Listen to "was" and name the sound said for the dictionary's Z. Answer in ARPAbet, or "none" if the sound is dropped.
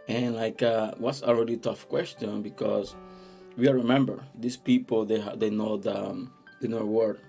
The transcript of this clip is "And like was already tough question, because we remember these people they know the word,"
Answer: S